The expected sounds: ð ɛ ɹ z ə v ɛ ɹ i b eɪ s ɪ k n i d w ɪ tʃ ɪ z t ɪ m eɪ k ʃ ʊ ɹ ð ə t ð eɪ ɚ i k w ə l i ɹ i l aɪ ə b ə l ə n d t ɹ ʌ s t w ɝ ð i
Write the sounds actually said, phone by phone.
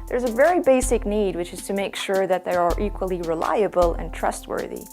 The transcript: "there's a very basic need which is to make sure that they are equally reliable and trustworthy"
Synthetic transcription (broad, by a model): ð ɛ ɹ z ə v ɛ ɹ i b eɪ s ɪ k n i d w ɪ tʃ ɪ z t ɪ m eɪ k ʃ ʊ ɹ ð ə t ð eɪ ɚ i k w ə l i ɹ i l aɪ ə b ə l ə n t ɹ ʌ s t w ɝ ð i